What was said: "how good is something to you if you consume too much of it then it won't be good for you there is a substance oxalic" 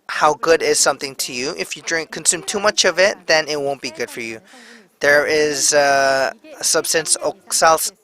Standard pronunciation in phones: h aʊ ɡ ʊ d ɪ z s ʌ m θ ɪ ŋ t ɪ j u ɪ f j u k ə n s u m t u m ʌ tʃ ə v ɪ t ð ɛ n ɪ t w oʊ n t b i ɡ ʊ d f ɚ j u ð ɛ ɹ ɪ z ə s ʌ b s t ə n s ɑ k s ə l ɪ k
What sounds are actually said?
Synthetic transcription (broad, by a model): h aʊ ɡ ʊ d ɪ z s ʌ m θ ɪ ŋ t ɪ j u ɪ f j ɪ k ə n s u m t u m ʌ tʃ ə v ɪ t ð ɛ n ɪ t w oʊ n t b i ɡ ʊ d f ɚ j u ð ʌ ɹ ɪ z ə s ʌ b s t ə n s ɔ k s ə l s